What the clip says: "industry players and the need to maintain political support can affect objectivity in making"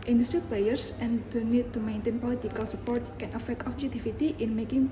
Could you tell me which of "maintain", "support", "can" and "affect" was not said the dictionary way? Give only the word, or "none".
none